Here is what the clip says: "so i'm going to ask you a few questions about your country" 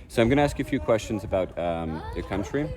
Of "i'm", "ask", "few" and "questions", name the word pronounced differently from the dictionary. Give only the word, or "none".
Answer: none